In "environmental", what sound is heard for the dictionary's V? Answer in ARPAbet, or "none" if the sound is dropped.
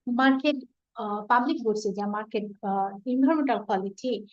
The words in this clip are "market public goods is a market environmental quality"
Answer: B